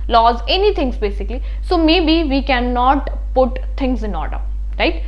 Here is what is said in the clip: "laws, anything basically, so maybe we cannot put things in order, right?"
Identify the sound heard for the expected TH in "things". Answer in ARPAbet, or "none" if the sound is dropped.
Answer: T